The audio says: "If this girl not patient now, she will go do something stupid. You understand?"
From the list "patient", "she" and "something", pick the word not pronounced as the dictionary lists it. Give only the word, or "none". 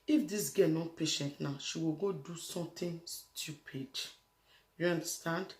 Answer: something